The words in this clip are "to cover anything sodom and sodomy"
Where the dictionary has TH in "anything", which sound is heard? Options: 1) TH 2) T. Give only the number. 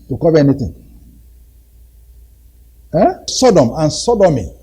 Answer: 2